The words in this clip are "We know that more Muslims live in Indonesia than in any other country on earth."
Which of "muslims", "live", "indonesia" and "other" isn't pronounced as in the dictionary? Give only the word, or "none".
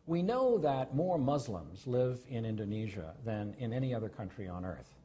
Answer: none